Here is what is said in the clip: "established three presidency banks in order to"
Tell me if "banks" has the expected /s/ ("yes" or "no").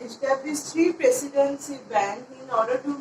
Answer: no